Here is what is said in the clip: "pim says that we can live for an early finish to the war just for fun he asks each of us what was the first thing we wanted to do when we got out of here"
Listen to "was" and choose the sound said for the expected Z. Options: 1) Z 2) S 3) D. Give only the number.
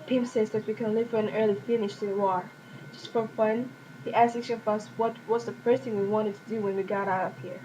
2